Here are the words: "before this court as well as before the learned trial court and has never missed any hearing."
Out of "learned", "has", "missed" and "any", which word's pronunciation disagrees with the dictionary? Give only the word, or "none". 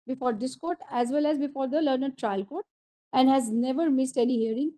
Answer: none